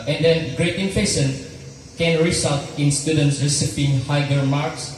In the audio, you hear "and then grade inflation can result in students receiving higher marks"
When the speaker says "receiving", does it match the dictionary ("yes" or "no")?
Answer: no